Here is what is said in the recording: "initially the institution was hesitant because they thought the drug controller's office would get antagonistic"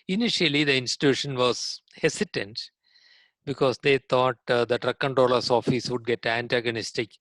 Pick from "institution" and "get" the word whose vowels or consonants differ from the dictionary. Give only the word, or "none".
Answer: none